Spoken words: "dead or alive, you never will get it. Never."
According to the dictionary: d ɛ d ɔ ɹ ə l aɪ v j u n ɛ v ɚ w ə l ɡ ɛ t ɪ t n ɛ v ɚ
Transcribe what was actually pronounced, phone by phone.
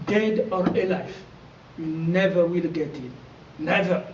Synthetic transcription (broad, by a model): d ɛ d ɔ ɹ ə l aɪ f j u n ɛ v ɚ w ə l ɡ ɛ t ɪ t n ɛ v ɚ